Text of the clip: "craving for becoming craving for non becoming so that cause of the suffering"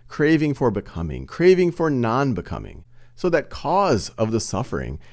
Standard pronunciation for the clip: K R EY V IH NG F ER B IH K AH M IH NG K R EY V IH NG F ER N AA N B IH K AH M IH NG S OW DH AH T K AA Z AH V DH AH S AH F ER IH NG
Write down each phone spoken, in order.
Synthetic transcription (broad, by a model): K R EY V IH NG F ER B IH K AH M IH NG K R EY V IH NG F ER N AA N B IH K AH M IH NG S OW DH AH T K AA Z AH V DH AH S AH F ER IH NG